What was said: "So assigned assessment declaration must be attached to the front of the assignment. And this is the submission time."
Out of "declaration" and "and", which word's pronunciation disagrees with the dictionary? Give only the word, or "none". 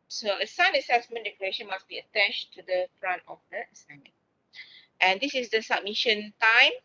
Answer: declaration